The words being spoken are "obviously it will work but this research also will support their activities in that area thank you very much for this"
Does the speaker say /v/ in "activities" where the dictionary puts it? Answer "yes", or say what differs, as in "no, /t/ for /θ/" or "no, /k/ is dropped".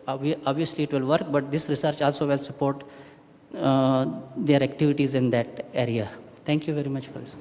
yes